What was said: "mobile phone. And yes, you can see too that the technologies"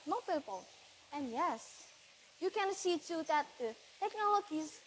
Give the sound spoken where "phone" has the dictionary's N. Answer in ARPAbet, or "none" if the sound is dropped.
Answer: L